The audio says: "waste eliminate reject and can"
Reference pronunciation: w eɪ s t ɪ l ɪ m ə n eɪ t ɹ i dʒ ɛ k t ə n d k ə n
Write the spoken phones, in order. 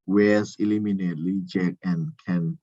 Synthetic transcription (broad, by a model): w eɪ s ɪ l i m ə n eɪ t l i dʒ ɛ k ə n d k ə n